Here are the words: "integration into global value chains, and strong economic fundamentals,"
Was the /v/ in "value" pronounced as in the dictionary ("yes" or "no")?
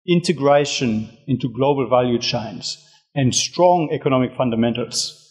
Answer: yes